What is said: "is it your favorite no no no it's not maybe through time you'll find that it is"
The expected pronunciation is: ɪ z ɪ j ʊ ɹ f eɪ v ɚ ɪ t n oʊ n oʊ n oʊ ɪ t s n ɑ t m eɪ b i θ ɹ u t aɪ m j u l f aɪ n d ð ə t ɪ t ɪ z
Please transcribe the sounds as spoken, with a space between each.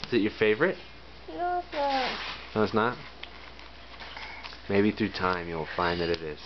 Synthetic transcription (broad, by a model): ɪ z ɪ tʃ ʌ ɹ f eɪ v ɚ ɪ t n oʊ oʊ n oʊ ɪ t s n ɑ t m eɪ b i θ ɹ u t aɪ m j u l f aɪ n ð ə t ɪ t ɪ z